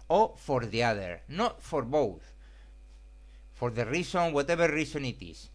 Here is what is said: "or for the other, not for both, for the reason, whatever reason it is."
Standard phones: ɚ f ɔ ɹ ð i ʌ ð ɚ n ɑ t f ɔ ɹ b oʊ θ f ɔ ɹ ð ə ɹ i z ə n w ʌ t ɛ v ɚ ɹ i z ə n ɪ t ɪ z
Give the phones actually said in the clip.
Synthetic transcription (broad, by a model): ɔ f ɔ ɹ ð i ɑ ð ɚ n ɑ t f ɔ ɹ b oʊ θ f ɔ ɹ ð ə ɹ i s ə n w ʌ t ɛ b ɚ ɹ i s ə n ɪ t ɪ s